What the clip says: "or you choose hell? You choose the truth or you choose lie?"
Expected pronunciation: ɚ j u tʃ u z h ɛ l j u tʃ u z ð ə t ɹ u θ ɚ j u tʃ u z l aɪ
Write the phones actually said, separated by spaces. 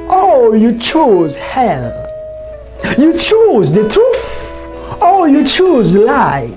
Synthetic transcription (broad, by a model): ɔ j u tʃ u z h ɛ l j u tʃ u z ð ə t u f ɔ j u tʃ u z l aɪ